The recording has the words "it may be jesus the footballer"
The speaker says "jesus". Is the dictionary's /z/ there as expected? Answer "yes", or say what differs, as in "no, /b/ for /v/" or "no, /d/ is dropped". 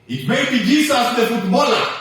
no, /s/ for /z/